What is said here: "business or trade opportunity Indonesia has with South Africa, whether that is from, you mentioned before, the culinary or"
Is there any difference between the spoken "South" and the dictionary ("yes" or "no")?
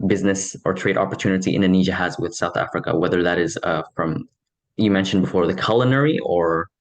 no